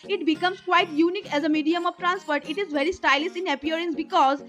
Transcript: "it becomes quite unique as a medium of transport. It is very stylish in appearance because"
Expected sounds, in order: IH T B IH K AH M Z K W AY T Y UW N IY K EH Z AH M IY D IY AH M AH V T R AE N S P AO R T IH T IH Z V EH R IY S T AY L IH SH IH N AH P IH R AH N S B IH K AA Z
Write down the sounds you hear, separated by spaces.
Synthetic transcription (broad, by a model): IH T B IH K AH M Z K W AY T Y UW N IY K EH Z AH M IY D IY AH M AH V T R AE N S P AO R T IH T IH Z V EH R IY S T AY L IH S IH N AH P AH R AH N S B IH K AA Z